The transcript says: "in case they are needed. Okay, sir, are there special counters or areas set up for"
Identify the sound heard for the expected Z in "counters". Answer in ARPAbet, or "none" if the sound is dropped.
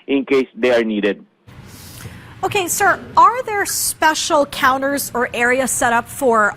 Z